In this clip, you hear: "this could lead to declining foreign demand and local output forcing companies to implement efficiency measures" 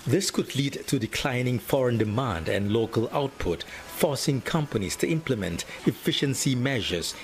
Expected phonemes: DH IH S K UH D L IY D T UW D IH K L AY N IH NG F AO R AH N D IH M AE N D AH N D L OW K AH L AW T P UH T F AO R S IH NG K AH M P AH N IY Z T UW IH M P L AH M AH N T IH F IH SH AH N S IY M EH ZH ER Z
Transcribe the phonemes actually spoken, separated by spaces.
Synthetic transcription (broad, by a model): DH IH S K UH D L IY D T UW D IH K L AY N IH NG F AO R AH N D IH M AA N D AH N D L OW K AH L AW T P UH T F AO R S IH NG K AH M P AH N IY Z T UW IH M P L AH M AH N T IH F IH SH AH N S IY M EH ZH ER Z